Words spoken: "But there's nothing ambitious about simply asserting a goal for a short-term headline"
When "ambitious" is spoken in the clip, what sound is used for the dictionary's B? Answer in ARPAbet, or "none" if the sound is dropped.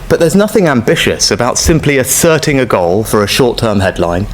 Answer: B